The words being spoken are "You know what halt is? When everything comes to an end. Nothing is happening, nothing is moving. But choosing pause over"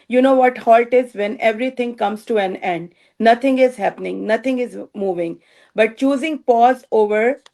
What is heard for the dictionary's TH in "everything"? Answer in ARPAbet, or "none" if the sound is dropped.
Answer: T